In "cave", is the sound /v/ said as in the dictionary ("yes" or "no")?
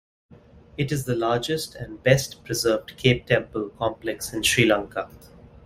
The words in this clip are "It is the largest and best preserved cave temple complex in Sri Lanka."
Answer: no